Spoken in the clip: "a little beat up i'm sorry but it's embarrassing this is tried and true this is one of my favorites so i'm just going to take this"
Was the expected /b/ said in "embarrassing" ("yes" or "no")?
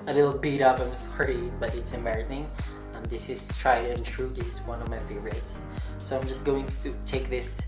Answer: no